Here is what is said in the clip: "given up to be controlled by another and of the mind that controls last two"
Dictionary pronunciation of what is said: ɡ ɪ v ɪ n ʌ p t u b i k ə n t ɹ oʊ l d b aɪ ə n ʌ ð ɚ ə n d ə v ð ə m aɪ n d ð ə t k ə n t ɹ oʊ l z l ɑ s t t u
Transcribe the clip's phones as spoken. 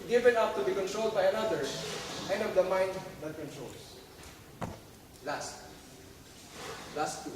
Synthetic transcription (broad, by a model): ɡ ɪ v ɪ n ʌ p t u b i k ə n t ɹ oʊ l d b aɪ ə n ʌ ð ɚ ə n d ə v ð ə m aɪ n d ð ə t k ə n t ɹ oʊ l s l ɑ s t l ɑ